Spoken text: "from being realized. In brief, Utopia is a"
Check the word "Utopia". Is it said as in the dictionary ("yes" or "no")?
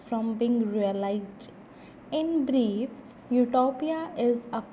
yes